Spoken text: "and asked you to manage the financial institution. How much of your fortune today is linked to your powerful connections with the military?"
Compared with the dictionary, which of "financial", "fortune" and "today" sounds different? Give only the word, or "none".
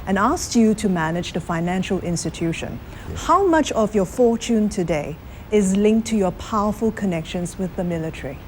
none